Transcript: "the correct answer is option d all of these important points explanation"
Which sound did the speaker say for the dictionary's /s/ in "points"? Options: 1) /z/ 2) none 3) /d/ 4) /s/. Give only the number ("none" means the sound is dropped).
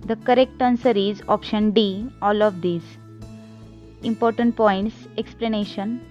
4